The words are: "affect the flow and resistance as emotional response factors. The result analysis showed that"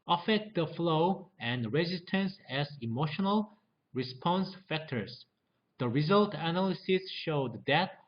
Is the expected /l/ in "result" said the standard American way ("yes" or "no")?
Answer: yes